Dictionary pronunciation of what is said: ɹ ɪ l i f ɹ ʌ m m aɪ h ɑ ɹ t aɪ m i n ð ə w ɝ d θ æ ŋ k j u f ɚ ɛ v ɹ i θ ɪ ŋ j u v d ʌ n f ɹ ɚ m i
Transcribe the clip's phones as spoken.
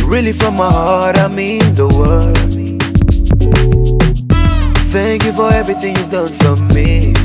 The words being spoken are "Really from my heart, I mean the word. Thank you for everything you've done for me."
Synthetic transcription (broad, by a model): ɹ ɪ l i f ɹ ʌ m m aɪ h ɑ ɹ t aɪ m i n ð ə w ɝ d θ æ ŋ k j u f ɚ ɛ v ɹ i θ ɪ ŋ j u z d ʌ n f ɹ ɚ m i